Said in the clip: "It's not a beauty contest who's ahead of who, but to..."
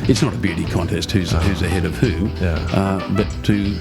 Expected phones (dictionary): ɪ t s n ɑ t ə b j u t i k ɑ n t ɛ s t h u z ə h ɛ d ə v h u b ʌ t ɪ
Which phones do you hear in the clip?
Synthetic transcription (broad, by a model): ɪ t s n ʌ t ə b j u t i k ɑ n t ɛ s t h u z ə h ɛ d ə v h u b ʌ t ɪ